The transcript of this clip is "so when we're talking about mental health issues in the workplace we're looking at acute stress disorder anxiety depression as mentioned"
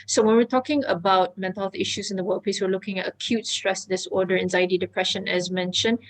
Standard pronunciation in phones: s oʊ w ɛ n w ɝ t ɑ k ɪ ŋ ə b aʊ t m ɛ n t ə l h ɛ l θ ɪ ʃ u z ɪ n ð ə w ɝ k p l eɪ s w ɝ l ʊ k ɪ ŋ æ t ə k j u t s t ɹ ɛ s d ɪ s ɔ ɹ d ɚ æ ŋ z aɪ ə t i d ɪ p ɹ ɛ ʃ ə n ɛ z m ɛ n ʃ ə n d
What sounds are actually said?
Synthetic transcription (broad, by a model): s oʊ w ɛ n w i t ɑ k ɪ ŋ ə b aʊ t m ɛ n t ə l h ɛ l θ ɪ ʃ u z ɪ n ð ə w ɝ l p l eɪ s w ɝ l ʊ k ɪ ŋ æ t ə k j u t s t ɹ ɛ s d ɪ s ɔ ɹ d ɚ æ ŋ z aɪ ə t i d ɪ p ɹ ɛ ʃ ə n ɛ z m ɛ n ʃ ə n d